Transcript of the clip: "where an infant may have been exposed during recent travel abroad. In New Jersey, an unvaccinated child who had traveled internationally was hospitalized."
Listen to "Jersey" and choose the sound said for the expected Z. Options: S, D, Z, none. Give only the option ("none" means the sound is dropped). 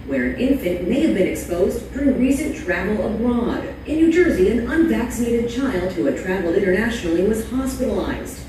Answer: Z